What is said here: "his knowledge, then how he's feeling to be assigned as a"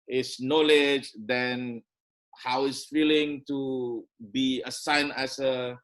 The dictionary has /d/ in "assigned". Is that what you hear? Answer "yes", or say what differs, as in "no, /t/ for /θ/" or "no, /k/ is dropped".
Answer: no, /d/ is dropped